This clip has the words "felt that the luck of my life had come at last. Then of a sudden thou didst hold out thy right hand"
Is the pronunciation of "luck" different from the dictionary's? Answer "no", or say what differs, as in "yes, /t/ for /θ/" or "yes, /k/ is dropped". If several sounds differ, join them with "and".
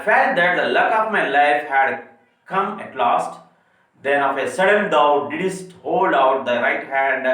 no